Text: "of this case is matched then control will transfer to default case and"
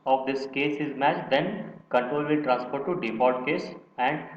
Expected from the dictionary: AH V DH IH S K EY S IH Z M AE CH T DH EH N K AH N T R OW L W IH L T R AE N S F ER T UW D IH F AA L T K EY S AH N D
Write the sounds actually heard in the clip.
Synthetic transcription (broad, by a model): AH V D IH S K EY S IH Z M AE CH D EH N K AH N T R OW L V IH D T R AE N S P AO T UW D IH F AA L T K EY S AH N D